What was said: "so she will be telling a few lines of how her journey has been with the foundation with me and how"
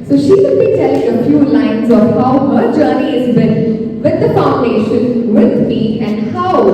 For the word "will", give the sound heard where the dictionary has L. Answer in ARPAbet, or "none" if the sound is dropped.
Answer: N